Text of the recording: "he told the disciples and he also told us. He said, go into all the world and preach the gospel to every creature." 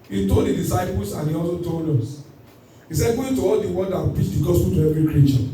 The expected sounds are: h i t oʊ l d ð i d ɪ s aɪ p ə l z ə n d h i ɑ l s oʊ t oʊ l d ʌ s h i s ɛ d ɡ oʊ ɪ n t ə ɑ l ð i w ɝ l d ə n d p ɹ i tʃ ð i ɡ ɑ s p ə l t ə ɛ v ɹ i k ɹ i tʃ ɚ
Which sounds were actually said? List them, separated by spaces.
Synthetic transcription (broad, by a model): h i t oʊ l d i d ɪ s aɪ p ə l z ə n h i ɑ l s oʊ t oʊ l d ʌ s h i s ɛ d ɡ oʊ ɪ n t ə ɑ l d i w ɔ n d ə p ɹ i tʃ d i ɡ ɑ s p ə l t ə ɛ v ɹ i k ɹ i tʃ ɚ